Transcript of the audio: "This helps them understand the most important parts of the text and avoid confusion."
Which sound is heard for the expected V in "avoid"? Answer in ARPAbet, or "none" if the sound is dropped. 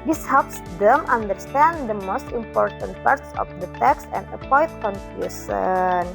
P